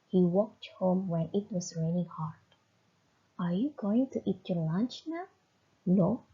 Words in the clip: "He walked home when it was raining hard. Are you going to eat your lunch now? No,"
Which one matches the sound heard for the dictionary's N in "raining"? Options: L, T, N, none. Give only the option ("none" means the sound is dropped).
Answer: L